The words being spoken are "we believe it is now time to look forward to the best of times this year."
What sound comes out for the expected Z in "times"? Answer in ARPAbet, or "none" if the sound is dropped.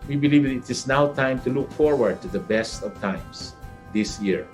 S